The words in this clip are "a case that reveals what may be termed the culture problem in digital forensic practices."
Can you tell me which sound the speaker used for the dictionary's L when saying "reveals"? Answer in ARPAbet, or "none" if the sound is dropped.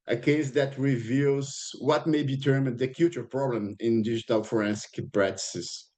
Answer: L